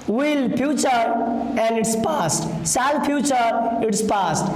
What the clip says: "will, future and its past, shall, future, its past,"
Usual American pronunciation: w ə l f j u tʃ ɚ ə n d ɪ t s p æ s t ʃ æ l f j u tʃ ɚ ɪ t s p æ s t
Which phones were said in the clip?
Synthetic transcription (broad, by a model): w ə l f j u tʃ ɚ ə n d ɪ t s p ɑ s t s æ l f j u tʃ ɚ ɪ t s p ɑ s t